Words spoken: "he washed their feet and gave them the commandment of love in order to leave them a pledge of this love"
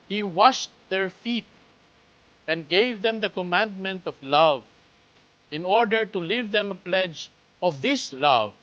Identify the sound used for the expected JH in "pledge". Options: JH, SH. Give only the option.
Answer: JH